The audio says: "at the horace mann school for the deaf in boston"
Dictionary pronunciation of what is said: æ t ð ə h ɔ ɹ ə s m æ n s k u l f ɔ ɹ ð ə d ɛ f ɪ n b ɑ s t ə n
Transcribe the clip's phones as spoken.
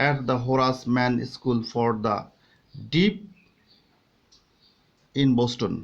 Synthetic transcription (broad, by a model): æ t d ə h ɔ ɹ ə s m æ n s k u l f ɔ ɹ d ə d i p ɪ n b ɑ s t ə n